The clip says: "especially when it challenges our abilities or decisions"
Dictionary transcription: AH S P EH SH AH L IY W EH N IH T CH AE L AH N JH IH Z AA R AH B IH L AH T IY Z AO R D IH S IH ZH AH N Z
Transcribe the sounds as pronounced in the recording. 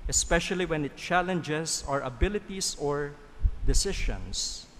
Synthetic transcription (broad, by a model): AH S P EH SH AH L IY W EH N IH T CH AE L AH N JH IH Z AA R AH B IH L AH T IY S AO R D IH S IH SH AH N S